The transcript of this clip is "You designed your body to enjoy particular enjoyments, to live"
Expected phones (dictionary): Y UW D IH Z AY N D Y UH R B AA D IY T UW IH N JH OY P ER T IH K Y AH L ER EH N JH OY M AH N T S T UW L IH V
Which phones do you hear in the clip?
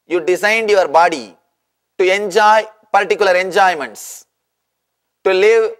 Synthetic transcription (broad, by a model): Y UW D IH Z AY N D Y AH R B AA D IY T UW IH N JH OY P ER T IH K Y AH L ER EH N JH OY M AH N T S T UW L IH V